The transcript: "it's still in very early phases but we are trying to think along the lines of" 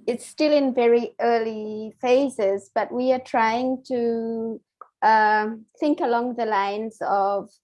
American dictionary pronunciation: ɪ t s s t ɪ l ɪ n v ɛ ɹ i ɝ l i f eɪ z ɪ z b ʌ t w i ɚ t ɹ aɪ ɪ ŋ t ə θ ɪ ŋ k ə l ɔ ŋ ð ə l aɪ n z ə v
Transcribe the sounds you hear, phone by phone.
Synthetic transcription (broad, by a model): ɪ t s s t ɪ l ɪ n v ɛ ɹ i ɝ l i f eɪ z ɪ z b ʌ t w i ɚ t ɹ aɪ ɪ ŋ t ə θ ɪ ŋ k ə l ɔ ŋ ð ə l aɪ n z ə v